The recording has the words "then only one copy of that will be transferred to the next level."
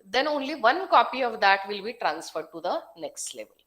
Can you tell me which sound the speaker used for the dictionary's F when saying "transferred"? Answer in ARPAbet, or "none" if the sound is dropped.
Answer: F